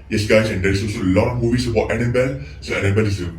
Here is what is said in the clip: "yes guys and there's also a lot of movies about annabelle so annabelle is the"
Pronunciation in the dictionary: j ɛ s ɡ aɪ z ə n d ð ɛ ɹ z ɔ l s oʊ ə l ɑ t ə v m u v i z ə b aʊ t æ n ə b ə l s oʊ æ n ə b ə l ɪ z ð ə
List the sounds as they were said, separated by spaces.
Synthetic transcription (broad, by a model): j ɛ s ɡ aɪ s ə n d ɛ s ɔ s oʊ ə l ɑ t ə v m u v i s ə b aʊ t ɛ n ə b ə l s oʊ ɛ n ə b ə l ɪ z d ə